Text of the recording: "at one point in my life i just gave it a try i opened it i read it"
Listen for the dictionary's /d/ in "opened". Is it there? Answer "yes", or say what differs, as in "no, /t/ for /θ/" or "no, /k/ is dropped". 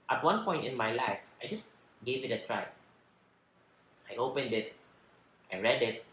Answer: yes